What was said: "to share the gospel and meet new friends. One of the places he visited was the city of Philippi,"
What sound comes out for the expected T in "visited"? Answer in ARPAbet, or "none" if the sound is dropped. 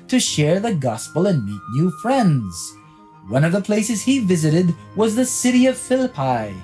T